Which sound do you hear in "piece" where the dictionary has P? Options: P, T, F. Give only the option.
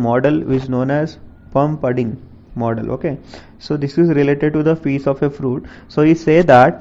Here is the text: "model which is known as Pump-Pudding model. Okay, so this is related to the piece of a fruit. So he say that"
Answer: F